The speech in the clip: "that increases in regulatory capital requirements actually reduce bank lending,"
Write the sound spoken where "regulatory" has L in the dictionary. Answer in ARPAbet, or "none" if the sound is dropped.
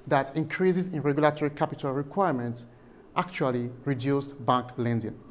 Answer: L